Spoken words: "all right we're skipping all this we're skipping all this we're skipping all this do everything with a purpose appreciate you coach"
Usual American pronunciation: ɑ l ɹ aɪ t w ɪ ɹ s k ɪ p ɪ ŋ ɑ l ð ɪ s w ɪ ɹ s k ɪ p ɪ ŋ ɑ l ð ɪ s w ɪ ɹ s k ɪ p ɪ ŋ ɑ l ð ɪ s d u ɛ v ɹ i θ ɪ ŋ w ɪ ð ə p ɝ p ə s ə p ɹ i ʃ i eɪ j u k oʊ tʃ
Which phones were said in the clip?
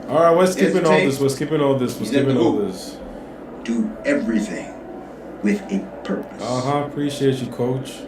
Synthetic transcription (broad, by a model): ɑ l ɹ aɪ t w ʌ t s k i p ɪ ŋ ɑ l ð ɪ s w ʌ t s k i p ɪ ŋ ɑ l ð ɪ s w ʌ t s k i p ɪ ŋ ɑ l ð ɪ s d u ɛ v ɹ i θ ɪ ŋ w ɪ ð ə p ɝ p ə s ə p ɹ i ʃ i eɪ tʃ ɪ k oʊ tʃ